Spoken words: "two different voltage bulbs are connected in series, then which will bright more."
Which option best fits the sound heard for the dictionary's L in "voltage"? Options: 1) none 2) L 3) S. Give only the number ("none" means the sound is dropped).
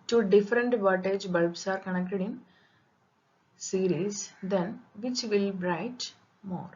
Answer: 1